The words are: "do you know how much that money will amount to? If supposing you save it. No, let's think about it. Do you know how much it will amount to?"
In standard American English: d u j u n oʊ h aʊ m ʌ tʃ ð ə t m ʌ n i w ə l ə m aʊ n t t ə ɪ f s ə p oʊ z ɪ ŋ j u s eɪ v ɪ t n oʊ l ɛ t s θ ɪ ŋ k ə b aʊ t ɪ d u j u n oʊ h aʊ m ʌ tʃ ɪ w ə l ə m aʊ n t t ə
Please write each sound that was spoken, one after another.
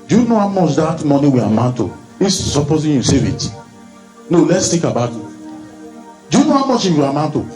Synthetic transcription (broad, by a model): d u j u n oʊ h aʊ m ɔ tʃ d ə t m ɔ n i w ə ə m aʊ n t t ə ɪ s s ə p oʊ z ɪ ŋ j u s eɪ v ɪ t n oʊ l ɛ t s t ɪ k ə b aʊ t ɪ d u j u n oʊ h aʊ m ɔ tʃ ɪ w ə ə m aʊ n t t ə